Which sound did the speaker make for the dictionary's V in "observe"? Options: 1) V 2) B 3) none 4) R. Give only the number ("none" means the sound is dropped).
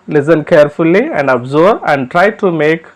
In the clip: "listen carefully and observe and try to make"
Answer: 3